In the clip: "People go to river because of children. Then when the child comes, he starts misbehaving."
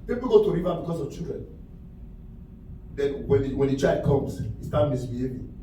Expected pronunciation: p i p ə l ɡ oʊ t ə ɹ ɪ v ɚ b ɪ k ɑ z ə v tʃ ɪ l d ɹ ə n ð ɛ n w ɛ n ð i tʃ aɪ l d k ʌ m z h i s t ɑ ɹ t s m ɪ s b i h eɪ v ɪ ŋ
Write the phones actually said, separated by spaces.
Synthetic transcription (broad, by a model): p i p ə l ɡ oʊ t ə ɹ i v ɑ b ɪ k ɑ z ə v tʃ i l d ɹ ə n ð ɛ n w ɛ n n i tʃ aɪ d k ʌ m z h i s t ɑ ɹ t m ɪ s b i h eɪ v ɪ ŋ